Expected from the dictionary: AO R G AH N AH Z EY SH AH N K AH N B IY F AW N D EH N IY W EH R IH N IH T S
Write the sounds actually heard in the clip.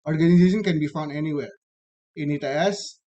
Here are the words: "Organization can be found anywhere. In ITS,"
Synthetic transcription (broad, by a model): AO R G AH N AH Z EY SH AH N K AH N B IY F AW N D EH N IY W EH R IH N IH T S